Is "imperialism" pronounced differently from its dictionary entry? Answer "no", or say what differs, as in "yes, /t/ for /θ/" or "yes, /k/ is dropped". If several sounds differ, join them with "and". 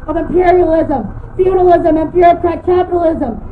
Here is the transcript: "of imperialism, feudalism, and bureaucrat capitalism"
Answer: no